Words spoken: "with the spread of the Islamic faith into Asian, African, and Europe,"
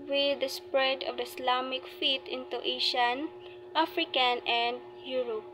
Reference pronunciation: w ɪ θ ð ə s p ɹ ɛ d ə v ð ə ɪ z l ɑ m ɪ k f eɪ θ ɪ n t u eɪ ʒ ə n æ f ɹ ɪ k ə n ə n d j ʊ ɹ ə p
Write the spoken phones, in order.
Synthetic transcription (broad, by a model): w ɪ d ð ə s p ɹ ɛ d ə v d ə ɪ s l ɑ m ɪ k f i t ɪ n t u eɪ ʃ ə n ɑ f ɹ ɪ k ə n ə n d j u ɹ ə p